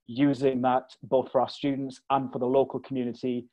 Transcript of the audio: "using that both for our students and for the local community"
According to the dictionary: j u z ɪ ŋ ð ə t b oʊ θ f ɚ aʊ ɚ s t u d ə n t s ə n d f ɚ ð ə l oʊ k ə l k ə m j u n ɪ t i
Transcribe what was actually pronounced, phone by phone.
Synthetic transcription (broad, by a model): j u z ɪ ŋ ð ə t b oʊ θ f ɚ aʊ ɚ s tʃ u d n t s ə n f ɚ ð ə l oʊ k ə l k ə m j u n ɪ t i